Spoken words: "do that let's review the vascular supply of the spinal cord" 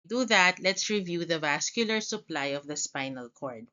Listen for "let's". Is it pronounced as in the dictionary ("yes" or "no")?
yes